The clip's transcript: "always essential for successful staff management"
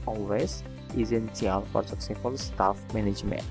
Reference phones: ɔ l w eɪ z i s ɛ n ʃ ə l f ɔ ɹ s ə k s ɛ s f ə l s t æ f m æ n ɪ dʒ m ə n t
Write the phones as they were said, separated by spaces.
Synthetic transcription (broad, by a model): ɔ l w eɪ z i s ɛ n s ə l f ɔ ɹ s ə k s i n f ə l s t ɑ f m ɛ n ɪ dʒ m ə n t